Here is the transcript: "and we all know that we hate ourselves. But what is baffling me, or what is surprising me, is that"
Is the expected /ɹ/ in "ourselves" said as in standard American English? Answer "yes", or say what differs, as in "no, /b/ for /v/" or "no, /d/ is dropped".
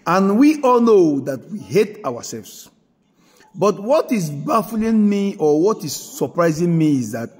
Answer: no, /w/ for /ɹ/